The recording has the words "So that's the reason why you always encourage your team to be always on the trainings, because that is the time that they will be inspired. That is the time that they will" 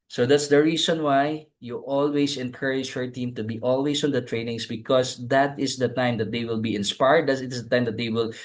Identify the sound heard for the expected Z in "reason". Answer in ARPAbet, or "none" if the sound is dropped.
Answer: S